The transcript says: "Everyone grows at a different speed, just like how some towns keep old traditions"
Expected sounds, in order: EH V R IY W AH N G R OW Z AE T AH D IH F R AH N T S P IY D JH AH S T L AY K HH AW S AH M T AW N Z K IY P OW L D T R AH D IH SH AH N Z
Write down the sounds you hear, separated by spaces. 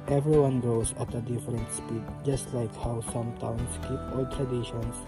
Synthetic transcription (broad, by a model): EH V R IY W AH N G OW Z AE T AH D IH F R AH N T S P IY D JH AH S T L AY K HH AW S AH M T AW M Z K IY P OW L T R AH D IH SH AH N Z